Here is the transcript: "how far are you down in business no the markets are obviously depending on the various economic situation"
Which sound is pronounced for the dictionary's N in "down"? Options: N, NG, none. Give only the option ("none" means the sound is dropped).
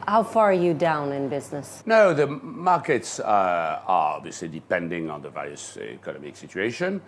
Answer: N